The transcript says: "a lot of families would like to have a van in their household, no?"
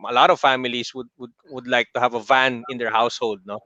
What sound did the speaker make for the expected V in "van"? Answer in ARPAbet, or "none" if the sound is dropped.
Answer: V